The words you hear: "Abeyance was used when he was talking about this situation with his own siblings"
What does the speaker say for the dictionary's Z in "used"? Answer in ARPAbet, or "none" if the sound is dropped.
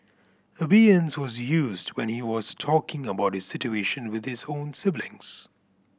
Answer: Z